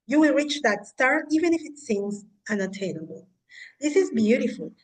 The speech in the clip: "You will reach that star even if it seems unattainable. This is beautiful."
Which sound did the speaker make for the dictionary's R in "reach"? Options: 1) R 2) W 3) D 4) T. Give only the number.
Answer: 1